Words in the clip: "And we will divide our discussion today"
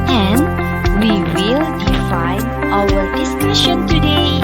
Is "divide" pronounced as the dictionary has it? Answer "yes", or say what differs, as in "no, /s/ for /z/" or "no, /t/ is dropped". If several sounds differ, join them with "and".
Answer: no, /f/ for /v/